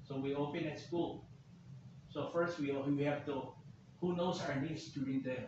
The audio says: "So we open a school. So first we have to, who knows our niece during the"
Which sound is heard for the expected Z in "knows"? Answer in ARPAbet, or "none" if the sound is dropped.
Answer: S